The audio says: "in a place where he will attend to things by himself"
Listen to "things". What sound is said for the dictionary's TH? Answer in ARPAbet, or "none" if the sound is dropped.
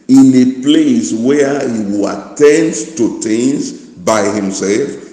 T